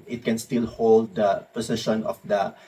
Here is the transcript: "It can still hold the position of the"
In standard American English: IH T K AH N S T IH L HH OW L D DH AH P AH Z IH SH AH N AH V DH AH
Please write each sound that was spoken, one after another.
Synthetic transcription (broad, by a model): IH T K AH N S T IH L HH OW L D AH P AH S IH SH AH N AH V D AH